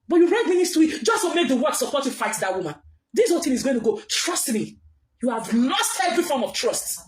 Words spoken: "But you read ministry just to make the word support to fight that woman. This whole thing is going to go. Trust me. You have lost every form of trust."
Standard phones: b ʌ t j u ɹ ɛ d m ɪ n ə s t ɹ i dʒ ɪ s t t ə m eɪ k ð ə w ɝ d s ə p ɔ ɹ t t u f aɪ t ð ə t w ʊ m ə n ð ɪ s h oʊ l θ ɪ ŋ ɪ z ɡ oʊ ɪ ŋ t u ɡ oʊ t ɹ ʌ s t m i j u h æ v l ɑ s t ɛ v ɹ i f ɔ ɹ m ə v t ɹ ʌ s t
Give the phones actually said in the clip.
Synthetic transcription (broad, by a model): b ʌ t j u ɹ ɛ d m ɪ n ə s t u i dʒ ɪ s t t ə m eɪ k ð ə w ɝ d s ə p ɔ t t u f aɪ t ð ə t w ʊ m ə n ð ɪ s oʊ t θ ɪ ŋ ɪ z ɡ oʊ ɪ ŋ t u ɡ oʊ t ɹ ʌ s t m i j u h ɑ v l ɑ s t ɛ v ɹ i f ɔ ɹ m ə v t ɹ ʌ s t